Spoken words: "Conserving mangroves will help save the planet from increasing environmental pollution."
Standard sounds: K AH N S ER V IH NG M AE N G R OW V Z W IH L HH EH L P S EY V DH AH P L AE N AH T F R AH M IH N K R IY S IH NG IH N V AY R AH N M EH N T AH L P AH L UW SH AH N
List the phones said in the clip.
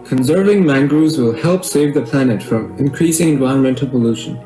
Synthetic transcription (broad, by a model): K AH N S ER V IH NG M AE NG G R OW Z W IH L HH EH L P S EY V DH AH P L AE N AH T F R AH M IH N K R IY S IH NG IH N V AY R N M EH N T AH L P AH L UW SH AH N